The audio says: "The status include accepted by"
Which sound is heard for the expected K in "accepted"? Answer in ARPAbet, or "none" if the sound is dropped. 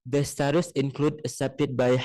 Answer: none